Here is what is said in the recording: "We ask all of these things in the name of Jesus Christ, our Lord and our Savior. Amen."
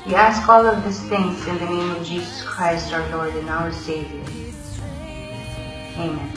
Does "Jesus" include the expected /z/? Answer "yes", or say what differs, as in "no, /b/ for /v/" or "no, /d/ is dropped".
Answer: yes